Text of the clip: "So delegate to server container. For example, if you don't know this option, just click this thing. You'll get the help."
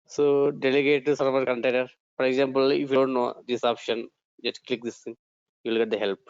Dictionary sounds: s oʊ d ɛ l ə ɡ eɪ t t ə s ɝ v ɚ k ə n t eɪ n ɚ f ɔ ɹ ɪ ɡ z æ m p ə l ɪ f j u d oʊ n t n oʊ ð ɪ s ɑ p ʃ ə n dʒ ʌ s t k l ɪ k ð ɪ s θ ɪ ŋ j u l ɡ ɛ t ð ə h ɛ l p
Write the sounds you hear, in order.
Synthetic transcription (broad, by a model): s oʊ d ɛ l ə ɡ eɪ t s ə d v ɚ k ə n t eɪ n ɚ f ɔ ɹ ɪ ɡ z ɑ m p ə l ɪ f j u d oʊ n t n oʊ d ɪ s ɑ p ʃ ə n dʒ ʌ s t k l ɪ k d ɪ s t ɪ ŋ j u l ɡ ɛ t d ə h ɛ l p